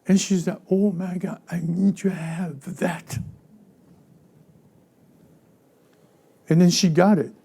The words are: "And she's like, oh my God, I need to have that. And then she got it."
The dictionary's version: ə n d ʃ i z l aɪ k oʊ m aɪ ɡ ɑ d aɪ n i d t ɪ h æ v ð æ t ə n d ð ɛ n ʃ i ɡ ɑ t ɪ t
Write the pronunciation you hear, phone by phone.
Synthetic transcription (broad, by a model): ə n ʃ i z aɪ oʊ m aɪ ɡ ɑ aɪ n i d t ɪ h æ v ð æ t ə n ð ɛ n ʃ i ɡ ɑ t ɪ t